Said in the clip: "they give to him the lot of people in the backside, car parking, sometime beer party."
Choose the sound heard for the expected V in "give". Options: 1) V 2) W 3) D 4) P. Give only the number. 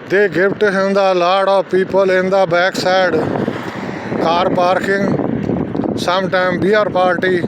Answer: 4